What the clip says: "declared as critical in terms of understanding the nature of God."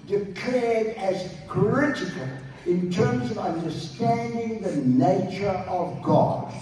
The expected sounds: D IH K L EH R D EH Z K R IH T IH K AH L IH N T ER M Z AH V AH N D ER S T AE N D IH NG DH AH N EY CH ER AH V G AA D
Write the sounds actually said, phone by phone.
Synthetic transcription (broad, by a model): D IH K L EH R D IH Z K R IH T IH K AH L IH N T ER M Z AH V AH N D ER S T AE N D IH NG DH AH N EY CH ER AH V G AA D